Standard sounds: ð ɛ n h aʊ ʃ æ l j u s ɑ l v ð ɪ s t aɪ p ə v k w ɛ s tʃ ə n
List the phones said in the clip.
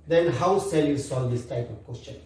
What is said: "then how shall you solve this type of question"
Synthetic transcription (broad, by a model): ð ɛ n h aʊ s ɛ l j u s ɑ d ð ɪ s t aɪ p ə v k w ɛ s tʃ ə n